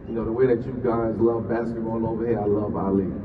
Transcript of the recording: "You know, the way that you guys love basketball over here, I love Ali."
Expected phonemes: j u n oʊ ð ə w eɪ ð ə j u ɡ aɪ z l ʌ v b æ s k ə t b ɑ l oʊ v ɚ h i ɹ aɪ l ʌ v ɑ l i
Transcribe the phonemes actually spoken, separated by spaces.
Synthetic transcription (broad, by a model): j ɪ n oʊ ð ə w eɪ ð ə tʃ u ɡ aɪ z l ʌ v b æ s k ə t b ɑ n oʊ v ɚ h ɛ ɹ aɪ l ʌ v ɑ l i